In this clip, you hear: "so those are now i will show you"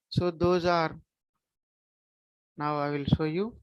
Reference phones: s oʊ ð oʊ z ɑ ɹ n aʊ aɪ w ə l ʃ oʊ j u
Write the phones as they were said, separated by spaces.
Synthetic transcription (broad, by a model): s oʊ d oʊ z ɑ ɹ n aʊ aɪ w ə l s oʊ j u